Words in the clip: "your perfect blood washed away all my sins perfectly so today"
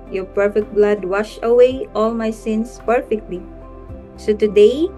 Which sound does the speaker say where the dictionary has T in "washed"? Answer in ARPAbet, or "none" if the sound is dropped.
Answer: none